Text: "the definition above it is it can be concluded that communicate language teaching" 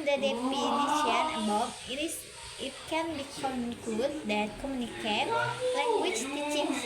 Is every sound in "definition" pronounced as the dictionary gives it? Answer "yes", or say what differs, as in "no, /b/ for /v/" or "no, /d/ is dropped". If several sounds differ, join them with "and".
no, /p/ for /f/